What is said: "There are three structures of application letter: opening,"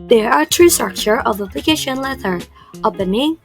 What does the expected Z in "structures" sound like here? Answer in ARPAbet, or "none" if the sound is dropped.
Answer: none